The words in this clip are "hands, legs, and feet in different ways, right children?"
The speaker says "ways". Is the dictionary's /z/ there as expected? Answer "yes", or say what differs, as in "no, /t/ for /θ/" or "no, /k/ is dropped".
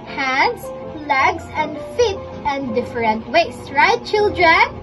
no, /s/ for /z/